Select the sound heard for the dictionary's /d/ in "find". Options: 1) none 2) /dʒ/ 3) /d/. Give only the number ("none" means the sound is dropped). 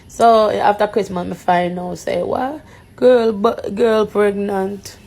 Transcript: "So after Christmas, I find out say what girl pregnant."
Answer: 1